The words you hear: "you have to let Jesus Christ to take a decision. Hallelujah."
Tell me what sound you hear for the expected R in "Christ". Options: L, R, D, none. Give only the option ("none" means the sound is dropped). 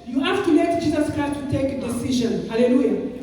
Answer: none